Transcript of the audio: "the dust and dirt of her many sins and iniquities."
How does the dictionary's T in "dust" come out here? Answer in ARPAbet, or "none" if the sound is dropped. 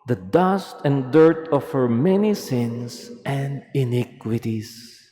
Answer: T